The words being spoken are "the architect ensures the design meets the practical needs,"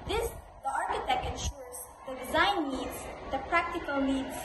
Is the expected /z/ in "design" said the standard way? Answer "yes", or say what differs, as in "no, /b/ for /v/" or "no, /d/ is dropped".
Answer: yes